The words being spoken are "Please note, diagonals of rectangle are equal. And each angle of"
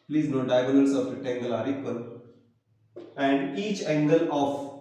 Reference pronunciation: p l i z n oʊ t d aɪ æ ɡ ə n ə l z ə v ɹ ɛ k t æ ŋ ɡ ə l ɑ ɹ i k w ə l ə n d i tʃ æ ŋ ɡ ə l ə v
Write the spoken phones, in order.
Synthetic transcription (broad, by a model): p l i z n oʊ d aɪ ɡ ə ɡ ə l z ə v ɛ t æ ŋ ɡ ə l ɑ ɹ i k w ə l ə n d i tʃ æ ŋ ɡ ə l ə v